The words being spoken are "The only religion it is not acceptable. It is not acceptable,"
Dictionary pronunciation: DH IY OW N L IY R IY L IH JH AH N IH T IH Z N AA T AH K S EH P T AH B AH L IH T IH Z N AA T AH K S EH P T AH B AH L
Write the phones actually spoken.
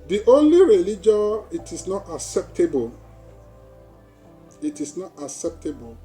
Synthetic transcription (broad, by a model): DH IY OW N L IY R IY L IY JH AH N IH T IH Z N AA T AH K S EH P T AH B AH L IH T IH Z N AA T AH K S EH P T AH B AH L